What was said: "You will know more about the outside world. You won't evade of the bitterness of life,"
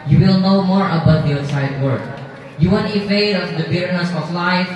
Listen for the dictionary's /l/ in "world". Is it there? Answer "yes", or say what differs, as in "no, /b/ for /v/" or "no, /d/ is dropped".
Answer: no, /l/ is dropped